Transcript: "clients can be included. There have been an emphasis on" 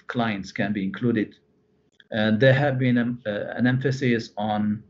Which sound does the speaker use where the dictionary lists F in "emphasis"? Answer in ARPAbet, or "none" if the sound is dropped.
F